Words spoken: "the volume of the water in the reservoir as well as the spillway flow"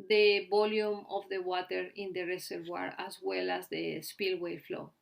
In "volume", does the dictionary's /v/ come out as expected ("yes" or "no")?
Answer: no